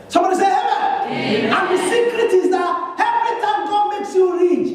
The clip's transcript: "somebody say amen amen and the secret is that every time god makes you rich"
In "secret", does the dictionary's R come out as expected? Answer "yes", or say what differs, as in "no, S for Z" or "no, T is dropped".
yes